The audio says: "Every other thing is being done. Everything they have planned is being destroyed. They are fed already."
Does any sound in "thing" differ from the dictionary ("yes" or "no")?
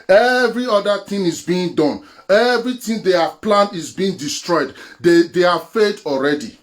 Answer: yes